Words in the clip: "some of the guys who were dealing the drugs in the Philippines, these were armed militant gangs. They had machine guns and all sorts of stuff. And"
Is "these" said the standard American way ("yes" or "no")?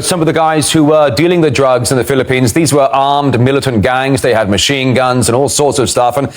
yes